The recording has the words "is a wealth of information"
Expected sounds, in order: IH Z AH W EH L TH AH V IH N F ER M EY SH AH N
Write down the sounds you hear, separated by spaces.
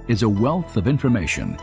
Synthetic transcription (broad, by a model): IH Z AH W EH L TH AH V IH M F ER M EY SH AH N